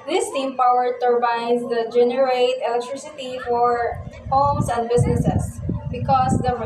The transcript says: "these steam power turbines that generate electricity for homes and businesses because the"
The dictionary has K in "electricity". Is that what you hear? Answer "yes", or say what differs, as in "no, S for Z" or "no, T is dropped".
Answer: yes